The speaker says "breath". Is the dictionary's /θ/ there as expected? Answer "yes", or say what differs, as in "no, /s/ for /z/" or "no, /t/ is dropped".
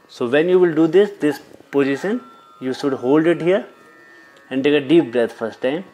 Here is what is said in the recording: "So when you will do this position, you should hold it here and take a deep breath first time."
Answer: no, /t/ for /θ/